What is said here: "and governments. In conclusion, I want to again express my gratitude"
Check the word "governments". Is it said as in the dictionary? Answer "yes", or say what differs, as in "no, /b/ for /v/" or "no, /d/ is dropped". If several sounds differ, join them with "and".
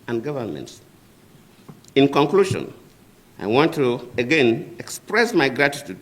yes